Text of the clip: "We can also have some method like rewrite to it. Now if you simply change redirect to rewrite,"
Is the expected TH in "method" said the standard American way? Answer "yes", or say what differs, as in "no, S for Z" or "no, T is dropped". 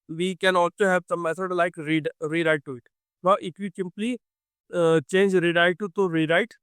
no, S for TH